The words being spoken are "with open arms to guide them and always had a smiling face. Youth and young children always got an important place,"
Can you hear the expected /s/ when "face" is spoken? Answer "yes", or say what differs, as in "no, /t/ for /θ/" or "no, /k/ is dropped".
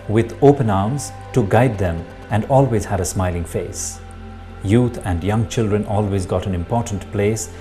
yes